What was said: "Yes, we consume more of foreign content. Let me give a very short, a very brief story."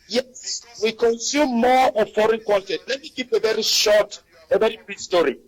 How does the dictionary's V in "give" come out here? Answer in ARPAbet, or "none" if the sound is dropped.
P